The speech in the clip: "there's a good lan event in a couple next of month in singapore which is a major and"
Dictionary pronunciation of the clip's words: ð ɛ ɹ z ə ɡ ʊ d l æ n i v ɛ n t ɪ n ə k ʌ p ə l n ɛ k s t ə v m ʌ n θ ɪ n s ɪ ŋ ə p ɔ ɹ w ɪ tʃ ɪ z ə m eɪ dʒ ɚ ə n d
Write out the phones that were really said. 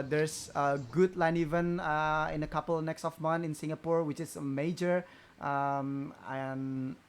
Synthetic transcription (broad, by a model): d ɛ ɹ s ə ɡ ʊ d l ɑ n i v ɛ n ɪ n ə k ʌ p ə l n ɛ k s t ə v m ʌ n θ ɪ n s ɪ ŋ ə p ɔ ɹ w ɪ tʃ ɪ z ə m eɪ dʒ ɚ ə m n